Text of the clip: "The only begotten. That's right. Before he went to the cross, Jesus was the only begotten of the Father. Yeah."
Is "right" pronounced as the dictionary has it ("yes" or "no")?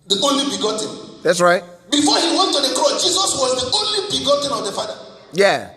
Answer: yes